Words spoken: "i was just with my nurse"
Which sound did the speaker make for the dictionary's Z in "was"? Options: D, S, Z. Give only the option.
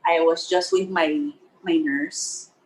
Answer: Z